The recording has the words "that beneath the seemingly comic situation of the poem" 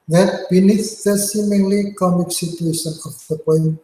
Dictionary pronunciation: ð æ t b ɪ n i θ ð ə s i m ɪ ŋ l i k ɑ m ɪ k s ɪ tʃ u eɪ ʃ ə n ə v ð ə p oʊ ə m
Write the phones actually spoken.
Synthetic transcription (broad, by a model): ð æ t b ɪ n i s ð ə s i m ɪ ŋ l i k ɑ m ɪ k s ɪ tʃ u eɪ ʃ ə n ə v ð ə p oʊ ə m